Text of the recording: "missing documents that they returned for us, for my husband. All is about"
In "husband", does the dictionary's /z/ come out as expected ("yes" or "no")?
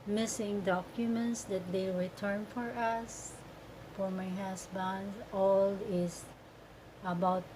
no